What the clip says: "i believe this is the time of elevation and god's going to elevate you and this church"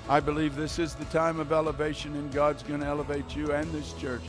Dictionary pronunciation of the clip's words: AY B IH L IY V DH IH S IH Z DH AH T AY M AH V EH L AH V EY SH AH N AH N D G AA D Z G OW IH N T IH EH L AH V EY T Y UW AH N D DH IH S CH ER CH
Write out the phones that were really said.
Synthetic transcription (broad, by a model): AY B IH L IY V DH IH S IH Z DH AH T AY M AH V EH L AH V EY SH AH N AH N G AA D Z G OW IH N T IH EH L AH V EY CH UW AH N DH IH S CH ER CH